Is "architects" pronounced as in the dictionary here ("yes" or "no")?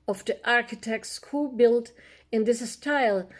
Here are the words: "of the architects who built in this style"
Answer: yes